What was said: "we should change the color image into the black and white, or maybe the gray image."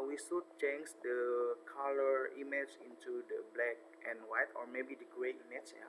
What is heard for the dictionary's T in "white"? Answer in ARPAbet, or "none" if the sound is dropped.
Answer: T